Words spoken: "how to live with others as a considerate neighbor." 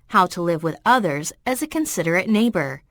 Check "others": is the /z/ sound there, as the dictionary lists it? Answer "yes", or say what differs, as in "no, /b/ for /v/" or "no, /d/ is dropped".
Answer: yes